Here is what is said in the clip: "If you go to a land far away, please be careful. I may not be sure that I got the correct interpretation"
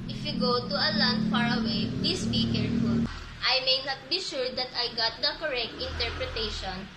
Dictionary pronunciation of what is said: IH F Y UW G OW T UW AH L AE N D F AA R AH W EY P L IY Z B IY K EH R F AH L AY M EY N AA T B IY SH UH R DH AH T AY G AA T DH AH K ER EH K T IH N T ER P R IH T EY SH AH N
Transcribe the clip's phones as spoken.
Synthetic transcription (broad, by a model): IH F Y UW G OW T UW AH L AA N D F AA R AH W EY P L IY S B IY K EH R F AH L AY M EY N AA T B IY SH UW R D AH T AY G AA T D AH K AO EH K T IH N T ER P R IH T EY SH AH N